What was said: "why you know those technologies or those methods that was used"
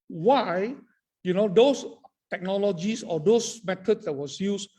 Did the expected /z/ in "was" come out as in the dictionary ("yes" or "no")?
no